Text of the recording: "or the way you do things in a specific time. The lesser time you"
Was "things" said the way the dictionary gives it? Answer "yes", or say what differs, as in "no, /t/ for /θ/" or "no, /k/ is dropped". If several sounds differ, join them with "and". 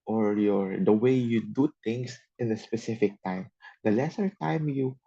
no, /t/ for /θ/ and /s/ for /z/